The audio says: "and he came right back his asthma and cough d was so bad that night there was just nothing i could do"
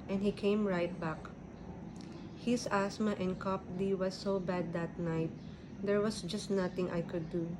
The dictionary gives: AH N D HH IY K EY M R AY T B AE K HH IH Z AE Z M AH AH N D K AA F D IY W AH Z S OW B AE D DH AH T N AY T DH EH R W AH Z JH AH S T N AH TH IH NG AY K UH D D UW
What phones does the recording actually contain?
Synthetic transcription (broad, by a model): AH N HH IY K EY M R AY T B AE K HH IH S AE S M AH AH N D K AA P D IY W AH S OW B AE D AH T N AY T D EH R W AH S JH AH S T N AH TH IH NG AY K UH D D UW